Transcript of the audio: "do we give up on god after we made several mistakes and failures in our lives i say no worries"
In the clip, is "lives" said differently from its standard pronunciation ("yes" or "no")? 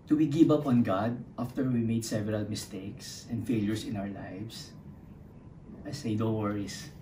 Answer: yes